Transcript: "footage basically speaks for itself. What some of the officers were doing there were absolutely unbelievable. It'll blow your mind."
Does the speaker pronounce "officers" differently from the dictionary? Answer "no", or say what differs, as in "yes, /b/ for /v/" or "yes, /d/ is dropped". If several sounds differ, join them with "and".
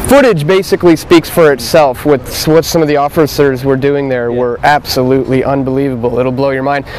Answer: no